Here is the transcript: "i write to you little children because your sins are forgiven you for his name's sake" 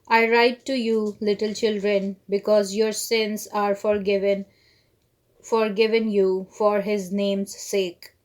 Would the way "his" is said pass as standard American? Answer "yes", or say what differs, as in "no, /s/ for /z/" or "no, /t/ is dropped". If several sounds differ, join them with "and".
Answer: yes